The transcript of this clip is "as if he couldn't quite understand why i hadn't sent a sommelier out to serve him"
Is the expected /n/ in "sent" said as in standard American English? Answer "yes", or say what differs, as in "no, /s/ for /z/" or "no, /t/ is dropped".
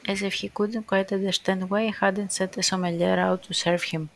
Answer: no, /n/ is dropped